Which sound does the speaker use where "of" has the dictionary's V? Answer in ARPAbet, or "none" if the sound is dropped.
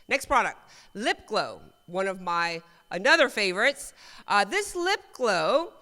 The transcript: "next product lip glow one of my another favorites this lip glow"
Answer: V